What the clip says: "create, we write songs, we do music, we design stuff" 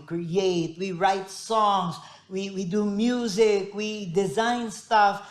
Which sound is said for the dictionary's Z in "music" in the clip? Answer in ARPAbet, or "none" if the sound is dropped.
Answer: Z